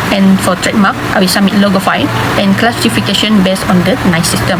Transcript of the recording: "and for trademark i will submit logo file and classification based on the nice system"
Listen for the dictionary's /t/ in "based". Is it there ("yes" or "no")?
no